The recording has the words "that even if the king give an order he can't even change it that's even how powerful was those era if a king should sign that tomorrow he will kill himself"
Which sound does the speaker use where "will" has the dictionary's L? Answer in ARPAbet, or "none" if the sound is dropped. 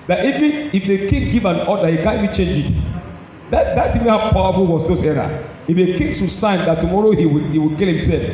W